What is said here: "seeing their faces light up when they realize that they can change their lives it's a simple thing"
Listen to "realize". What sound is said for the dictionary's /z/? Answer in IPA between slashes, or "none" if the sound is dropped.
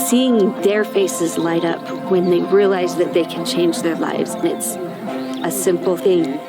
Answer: /z/